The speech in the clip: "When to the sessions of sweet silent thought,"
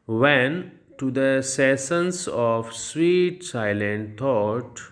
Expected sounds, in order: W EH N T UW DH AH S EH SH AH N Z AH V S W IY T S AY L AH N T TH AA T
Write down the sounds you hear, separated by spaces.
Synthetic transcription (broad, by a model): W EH N T UW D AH S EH S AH N S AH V S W IY T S AY L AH N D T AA T